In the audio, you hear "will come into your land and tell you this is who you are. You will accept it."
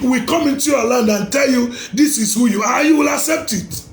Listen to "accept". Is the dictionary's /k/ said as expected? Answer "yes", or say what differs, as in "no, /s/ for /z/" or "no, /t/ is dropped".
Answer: yes